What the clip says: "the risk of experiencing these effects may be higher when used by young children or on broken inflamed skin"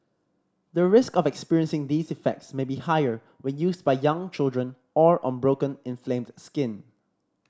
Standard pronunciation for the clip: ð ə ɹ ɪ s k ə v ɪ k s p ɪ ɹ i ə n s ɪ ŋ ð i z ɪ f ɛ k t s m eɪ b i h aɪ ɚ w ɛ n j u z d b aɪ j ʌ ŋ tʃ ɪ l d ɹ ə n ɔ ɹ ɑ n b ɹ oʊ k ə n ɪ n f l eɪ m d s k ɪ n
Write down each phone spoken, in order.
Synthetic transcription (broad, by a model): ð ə ɹ ɪ s k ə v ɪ k s p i ɹ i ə n s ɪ ŋ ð i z ɪ f ɛ k t s m eɪ b i h aɪ ɚ w ɛ n j u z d b aɪ j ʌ ŋ tʃ ɪ l d ɹ ə n ɔ ɹ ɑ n b ɹ oʊ k ə n ɪ n f l eɪ m d s k ɪ n